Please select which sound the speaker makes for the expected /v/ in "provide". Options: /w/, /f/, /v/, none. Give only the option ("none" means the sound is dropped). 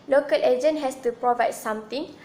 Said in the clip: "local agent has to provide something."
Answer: /v/